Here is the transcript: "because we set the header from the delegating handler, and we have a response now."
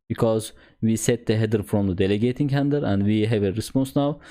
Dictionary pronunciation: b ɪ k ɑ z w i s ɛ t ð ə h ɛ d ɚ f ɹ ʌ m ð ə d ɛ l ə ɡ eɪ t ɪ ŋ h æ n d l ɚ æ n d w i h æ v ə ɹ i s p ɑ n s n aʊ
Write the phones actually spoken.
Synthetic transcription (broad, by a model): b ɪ k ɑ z w i s ɛ t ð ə h ɛ d ɚ f ɹ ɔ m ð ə d ɛ l ə ɡ eɪ t ɪ ŋ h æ n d ɚ æ n d w i h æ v ə ɹ i s p ɑ n s n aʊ